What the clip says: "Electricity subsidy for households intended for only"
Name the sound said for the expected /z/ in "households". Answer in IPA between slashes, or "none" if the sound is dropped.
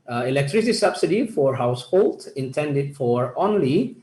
none